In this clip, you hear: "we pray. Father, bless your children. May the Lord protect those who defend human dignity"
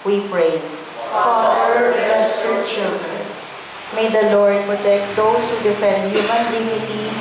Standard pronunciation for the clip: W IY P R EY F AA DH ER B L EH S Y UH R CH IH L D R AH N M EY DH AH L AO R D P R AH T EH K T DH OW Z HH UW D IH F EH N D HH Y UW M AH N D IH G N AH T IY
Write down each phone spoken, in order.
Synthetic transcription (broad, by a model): W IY P R EY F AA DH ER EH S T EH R CH IH L D R AH N M EY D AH L AO R D P R AH T EH K T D OW S HH UW D IH F EH N D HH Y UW M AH N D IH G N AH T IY